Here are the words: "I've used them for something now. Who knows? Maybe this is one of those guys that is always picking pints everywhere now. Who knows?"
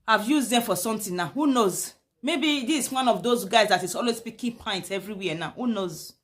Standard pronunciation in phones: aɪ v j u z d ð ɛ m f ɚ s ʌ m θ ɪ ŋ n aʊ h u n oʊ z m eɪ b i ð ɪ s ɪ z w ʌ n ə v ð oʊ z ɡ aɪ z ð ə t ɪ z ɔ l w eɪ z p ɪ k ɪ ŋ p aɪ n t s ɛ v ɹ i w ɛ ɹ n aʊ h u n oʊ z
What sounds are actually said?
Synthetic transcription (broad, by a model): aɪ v j u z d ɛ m f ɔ s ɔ m t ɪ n n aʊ h u n oʊ z m eɪ b i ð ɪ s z w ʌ n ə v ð oʊ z ɡ aɪ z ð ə t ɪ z ɔ l w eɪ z p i k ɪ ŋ p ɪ n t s ɛ v ɹ i w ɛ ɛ n aʊ h u n oʊ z